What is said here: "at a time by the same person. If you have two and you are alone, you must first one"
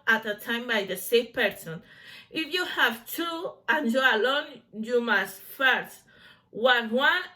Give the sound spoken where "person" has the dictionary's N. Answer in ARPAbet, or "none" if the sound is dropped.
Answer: N